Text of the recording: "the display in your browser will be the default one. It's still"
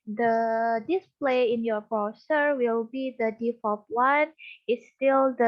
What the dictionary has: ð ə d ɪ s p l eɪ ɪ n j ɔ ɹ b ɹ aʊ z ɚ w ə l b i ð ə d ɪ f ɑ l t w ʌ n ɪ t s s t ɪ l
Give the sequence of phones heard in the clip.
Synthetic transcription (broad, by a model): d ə d ɪ s p l eɪ ɪ n j ɔ ɹ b aʊ s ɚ w ə l b i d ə d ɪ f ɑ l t w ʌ n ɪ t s s t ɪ l